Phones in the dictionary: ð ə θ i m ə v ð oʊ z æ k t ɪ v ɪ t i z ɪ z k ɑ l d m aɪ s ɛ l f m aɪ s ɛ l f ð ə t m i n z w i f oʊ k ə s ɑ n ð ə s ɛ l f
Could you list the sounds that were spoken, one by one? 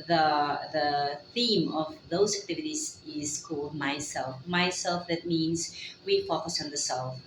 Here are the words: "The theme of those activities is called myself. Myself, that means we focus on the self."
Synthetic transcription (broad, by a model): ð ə θ i m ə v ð oʊ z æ k t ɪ v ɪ t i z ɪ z k ɑ l d m aɪ s ɛ l f m aɪ s ɛ l f ð ə t m i n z w i f oʊ k ə s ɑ n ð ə s ɛ l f